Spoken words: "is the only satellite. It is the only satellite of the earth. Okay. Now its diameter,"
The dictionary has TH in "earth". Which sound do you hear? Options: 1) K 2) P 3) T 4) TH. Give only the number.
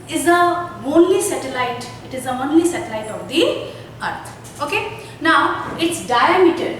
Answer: 3